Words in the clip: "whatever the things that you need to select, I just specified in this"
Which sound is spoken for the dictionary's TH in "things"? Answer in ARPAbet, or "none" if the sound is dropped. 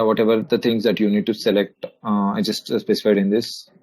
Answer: T